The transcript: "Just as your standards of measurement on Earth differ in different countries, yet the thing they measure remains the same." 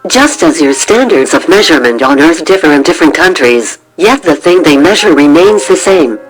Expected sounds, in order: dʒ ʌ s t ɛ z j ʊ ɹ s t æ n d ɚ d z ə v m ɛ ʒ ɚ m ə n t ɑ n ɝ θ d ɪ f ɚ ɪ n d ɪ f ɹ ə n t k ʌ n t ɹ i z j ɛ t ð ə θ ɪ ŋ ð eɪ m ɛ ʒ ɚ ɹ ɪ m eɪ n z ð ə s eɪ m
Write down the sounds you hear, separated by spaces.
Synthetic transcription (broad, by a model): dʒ ʌ s t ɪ z j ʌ ɹ s t æ n d ɚ d z ə v m ɛ ʒ ɚ m ə n t n ɝ θ d ɪ f ɚ ɪ n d ɪ f ɹ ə n k ʌ n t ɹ i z j ɛ t ð ə θ ɪ ŋ ð eɪ m ɛ ʒ ɚ ɹ ɪ m eɪ n z ð ə s eɪ m